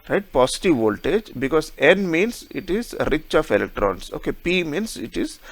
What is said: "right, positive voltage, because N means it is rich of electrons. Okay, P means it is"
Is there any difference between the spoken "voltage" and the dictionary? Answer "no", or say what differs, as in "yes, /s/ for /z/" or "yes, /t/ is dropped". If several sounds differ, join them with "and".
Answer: no